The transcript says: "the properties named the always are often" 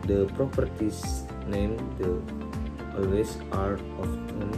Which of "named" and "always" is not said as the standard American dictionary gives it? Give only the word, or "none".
always